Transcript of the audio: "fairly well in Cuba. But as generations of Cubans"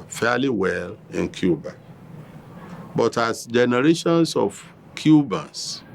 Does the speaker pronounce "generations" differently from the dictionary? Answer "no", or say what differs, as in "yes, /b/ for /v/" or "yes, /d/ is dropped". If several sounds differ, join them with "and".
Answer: yes, /s/ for /z/